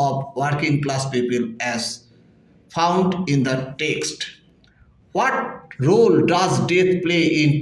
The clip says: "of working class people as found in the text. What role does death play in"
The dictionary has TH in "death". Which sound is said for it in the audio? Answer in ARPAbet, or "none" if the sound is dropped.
T